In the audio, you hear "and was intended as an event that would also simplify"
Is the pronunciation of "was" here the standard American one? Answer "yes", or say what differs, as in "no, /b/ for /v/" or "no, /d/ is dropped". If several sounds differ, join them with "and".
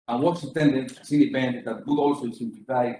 no, /s/ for /z/